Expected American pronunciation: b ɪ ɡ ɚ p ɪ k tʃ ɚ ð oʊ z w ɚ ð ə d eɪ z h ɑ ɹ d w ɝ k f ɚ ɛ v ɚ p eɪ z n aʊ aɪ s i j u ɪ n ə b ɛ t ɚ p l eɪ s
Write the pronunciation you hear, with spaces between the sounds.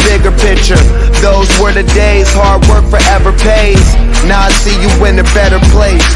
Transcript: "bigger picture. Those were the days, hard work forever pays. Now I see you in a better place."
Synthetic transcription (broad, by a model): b ɪ ɡ ɚ p ɪ k tʃ ɚ ð oʊ z w ɚ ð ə d eɪ z h ɑ ɹ d w ɝ k f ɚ ɛ v ɚ p eɪ z n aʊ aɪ s i j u ɪ n ə b ɛ t ɚ p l eɪ s